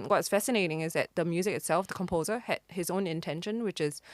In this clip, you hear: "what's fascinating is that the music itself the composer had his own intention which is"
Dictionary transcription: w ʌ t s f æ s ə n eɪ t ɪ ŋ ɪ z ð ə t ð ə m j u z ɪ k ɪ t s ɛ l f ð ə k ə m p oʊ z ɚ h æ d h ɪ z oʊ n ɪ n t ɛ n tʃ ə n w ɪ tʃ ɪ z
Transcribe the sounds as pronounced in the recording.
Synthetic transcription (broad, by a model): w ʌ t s f æ s ə n eɪ t ɪ ŋ ɪ z ð ə t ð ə m j u z ɪ k ɪ t s ɛ l f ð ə k ə m p oʊ z ɚ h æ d h ɪ z oʊ n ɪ n t ɛ n ʃ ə n w ɪ tʃ ɪ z